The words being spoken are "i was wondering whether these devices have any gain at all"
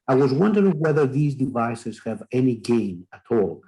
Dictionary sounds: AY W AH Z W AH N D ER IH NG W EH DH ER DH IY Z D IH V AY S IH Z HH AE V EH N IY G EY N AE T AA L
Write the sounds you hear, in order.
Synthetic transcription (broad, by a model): AY W AH Z W AH N D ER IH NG W EH DH ER DH IY Z D IH V AY S IH Z HH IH V EH N IY G EY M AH T AA L